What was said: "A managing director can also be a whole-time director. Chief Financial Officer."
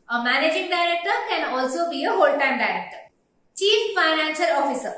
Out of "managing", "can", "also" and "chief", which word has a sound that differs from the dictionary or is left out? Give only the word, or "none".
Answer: none